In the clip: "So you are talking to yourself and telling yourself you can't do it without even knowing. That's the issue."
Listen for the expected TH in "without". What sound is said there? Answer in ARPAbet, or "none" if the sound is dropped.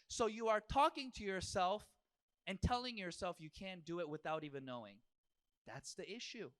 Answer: TH